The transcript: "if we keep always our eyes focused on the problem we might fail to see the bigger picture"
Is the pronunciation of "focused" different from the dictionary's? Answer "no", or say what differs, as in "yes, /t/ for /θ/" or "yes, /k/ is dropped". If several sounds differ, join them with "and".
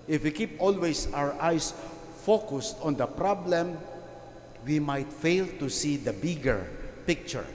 no